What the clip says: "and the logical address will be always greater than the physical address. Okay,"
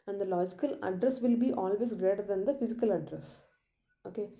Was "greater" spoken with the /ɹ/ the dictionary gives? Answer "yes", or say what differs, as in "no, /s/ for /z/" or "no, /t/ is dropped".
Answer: yes